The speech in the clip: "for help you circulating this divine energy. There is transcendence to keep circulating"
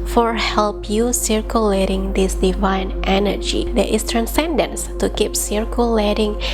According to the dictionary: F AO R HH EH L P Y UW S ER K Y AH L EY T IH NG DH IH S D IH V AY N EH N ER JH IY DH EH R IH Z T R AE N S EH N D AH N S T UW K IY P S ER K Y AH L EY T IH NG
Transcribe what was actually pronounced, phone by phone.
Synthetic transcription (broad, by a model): F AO R HH EH L P Y UW S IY K Y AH L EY T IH NG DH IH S D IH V AY N EH N ER JH IY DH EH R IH S T R AE N S EH N D AH N S T UW K IY P S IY K Y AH L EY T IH NG